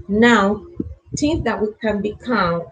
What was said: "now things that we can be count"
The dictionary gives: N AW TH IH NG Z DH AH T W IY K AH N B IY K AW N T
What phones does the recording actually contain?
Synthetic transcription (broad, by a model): N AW T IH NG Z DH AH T W IY K AH N B IY K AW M